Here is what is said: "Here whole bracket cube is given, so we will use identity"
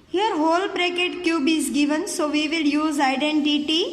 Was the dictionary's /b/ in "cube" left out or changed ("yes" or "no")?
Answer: no